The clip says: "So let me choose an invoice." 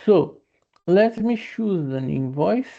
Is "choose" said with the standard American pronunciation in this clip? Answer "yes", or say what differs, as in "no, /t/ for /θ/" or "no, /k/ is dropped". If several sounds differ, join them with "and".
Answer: no, /ʃ/ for /tʃ/